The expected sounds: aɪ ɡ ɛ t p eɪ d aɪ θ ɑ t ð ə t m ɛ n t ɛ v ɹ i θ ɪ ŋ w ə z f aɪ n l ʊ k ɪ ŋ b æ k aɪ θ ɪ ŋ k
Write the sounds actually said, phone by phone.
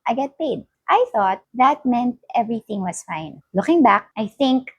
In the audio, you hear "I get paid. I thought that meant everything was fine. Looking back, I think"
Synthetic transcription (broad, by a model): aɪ ɡ ɛ t p eɪ d aɪ θ ɑ t ð ə t m ɛ n t ɛ v ɹ i θ ɪ ŋ w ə s f aɪ n l ʊ k ɪ ŋ b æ k aɪ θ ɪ ŋ k